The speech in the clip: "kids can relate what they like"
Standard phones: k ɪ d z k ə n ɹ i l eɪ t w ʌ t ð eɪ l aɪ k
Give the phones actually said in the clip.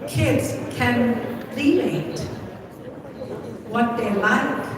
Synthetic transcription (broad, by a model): k ɪ d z k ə n l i n eɪ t w ʌ t ð eɪ l aɪ k